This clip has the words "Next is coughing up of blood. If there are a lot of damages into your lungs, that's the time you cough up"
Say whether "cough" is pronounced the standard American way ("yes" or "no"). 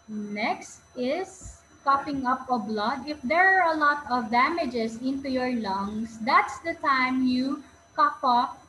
no